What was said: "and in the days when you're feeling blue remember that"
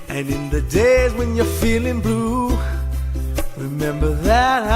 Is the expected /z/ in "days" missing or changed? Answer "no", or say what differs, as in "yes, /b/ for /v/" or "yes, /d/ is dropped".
no